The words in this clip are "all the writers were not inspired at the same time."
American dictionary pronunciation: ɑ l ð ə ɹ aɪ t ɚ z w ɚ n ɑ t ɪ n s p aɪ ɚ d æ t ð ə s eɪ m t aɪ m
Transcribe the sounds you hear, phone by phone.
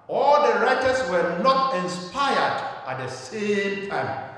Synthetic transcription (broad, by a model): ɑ l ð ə ɹ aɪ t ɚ s w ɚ n ɑ t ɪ n s p aɪ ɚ d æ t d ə s eɪ m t aɪ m